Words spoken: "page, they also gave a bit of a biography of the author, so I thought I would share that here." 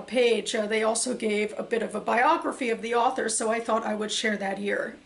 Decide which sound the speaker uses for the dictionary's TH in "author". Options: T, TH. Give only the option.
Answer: TH